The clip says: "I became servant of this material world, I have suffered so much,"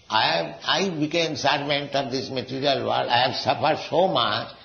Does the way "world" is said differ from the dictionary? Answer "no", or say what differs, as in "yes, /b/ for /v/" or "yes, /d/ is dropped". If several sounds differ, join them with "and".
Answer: yes, /l/ is dropped